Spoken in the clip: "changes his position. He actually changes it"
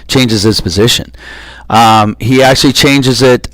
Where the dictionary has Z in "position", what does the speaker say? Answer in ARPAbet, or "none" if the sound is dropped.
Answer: Z